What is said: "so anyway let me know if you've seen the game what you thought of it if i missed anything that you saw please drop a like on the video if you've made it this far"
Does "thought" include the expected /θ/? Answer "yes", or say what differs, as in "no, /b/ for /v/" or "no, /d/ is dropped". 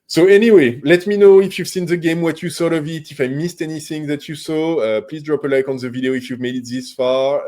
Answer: no, /s/ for /θ/